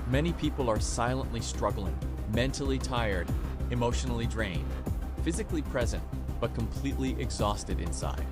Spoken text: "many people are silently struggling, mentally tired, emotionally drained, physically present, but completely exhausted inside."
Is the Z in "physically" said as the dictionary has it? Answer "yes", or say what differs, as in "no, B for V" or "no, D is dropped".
yes